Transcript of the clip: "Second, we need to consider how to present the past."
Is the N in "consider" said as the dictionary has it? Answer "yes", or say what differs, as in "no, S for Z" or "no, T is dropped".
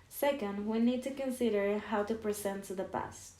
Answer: yes